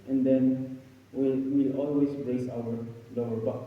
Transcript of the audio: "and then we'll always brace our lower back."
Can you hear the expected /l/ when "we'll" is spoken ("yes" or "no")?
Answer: no